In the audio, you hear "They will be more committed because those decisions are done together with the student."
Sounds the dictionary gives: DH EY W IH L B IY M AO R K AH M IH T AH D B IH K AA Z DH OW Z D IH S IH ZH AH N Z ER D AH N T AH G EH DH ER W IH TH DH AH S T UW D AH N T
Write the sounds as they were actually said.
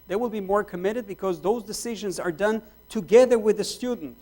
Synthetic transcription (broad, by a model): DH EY W IH L B IY M AO R K AH M IH T AH D B IH K AA Z DH OW Z D IH S IH ZH AH N Z ER D AH N T AH G EH DH ER W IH DH AH S T UW D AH N T